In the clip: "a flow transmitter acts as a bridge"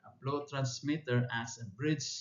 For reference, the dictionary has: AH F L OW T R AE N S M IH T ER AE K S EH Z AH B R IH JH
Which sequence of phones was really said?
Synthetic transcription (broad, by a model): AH P L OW T R AE N S M IH T ER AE S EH AH B R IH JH